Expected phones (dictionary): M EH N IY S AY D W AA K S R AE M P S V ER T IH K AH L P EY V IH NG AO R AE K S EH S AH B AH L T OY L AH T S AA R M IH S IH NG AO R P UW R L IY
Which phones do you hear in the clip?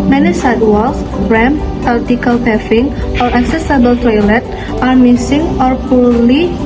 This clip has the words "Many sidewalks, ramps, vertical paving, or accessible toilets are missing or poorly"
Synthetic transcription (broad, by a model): M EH N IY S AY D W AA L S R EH M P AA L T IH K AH L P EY F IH NG AO R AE K S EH S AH B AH L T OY L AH T AA R M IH S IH NG AO R P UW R L IY